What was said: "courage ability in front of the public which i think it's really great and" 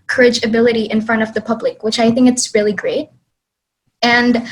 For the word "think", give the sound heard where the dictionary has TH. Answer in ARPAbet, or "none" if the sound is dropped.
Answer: TH